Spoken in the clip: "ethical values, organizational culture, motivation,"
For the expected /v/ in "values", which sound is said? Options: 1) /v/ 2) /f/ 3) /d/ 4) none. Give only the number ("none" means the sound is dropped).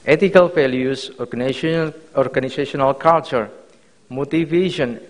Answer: 2